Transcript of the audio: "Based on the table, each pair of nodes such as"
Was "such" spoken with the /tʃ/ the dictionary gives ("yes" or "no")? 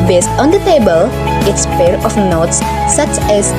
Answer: yes